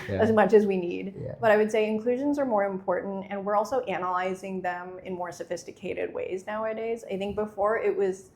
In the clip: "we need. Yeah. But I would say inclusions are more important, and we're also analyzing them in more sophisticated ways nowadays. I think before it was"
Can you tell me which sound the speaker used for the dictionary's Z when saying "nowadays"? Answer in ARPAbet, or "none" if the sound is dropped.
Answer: Z